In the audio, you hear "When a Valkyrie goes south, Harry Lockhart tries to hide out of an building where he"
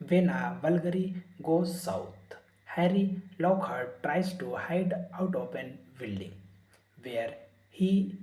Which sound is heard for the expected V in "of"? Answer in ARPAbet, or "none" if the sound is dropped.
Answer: P